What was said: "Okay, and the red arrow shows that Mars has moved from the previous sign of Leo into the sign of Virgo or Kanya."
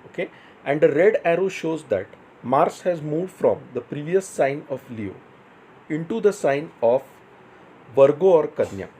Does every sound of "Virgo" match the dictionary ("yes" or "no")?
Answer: yes